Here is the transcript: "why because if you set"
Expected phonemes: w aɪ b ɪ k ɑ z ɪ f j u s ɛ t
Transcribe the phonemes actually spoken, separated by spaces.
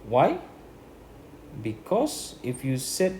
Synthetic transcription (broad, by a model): w aɪ b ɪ k ɑ s ɪ f j u s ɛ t